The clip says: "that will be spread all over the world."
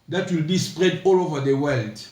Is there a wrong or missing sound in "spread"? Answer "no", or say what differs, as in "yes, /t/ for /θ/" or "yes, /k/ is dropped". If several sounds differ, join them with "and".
no